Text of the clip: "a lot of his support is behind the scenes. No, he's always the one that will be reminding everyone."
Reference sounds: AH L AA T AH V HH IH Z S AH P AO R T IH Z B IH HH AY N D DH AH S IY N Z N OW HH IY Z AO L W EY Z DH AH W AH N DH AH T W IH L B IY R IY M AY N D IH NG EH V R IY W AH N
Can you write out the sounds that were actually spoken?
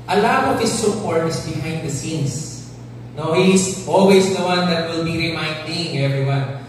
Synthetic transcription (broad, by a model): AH L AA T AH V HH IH S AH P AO R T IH S B IH HH AY N D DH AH S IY N S N OW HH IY S AO L W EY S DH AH W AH N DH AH T W IH L B IY R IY M AY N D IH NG EH V R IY W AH N